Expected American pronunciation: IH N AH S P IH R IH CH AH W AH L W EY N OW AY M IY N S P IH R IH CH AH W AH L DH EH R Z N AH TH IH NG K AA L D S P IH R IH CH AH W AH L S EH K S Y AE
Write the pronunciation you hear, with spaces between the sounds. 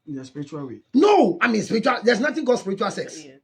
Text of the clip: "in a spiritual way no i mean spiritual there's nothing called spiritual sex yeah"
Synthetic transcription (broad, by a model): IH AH S P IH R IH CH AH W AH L W EY N OW AY M IY N S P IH R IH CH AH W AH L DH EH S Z N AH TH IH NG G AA D S P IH R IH CH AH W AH L S EH K S